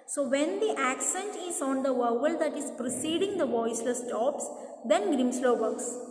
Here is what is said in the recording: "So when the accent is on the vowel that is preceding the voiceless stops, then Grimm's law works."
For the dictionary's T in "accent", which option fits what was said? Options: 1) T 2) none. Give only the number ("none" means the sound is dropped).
1